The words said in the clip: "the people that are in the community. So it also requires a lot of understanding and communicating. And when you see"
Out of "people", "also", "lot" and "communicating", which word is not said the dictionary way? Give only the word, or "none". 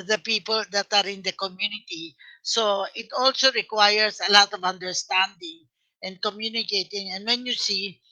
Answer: none